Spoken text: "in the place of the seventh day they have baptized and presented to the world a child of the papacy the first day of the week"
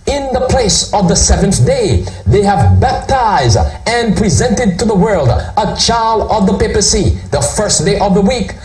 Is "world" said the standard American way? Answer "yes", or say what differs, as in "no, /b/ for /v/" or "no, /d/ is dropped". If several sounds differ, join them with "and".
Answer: yes